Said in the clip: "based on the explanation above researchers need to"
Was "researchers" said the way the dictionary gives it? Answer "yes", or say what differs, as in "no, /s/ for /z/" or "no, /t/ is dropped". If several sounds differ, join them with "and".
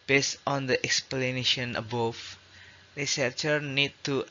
no, /z/ is dropped